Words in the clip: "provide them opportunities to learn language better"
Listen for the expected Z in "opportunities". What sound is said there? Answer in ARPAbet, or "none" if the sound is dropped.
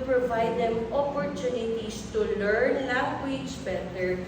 S